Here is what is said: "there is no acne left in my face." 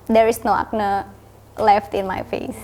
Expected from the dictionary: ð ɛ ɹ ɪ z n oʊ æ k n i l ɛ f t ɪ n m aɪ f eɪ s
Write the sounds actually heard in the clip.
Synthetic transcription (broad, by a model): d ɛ ɹ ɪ s n oʊ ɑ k n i l ɛ f t ɪ n m aɪ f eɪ s